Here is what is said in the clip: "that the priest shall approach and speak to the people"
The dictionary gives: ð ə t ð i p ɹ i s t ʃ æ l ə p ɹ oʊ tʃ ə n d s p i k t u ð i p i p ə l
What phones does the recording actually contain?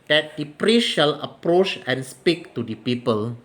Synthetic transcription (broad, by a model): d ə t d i p ɹ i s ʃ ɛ l ə p ɹ oʊ tʃ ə n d s p i k t u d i p i p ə l